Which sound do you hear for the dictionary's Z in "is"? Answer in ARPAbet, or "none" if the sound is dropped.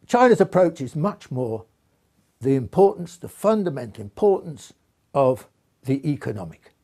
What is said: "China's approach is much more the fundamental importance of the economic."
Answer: Z